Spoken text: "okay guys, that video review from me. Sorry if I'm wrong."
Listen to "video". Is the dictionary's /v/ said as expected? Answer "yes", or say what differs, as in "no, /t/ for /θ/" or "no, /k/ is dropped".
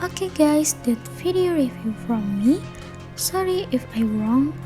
no, /f/ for /v/